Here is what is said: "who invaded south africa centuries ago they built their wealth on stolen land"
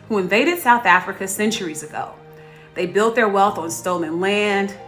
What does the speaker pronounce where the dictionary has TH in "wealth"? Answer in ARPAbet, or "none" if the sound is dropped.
TH